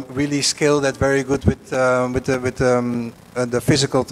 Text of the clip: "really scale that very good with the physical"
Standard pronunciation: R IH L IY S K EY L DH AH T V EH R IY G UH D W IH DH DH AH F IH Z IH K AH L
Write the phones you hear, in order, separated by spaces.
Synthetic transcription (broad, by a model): R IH L IY S K EY L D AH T V EH R IY G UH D W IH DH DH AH F IH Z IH K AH L